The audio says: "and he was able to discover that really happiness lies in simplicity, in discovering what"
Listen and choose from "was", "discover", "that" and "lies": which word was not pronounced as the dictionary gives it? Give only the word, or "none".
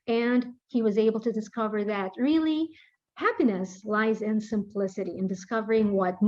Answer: none